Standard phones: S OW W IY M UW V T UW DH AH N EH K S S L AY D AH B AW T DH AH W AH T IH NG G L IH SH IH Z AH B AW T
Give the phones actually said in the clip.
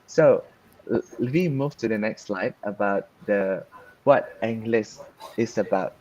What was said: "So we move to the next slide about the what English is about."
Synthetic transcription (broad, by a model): S OW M IY M UW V T UW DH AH N EH K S S L AY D AH B AW T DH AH W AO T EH NG G L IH S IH S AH B AW T